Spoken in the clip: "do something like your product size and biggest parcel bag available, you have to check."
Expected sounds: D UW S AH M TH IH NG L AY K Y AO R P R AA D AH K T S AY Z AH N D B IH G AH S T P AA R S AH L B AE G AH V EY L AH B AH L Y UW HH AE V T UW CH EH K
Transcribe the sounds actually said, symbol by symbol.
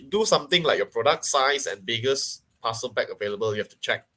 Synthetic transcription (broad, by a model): D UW S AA M T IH NG L AY K Y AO P R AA D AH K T S AY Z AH N B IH G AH S P AA S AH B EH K AH V EY L AH B AH L Y UW HH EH F T UW CH EH K